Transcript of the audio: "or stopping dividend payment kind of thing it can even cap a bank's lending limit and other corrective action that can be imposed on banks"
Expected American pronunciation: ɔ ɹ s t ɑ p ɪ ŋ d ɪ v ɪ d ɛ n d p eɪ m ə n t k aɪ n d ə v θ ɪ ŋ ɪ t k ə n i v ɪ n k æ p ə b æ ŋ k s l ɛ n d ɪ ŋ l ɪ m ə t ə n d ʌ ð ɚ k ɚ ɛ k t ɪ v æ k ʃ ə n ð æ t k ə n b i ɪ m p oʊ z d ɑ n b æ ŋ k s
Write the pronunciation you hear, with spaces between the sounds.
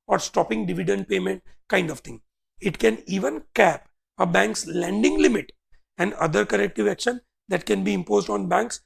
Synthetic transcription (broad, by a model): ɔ ɹ s t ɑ p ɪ ŋ d ɪ v ɪ d ɛ n d p eɪ m ə n t k aɪ n d ə v t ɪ ŋ ɪ t k ə n i v ɪ n k æ p ə b æ ŋ k s l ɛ n d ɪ ŋ l ɪ m ə t ə n d ʌ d ɚ k ɚ ɛ k t ɪ v æ k ʃ ə n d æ t k ə n b i ɪ m p oʊ z d ɑ n b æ ŋ k s